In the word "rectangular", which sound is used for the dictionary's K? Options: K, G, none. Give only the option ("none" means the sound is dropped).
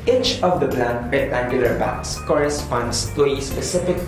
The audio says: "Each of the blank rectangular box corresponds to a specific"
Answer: none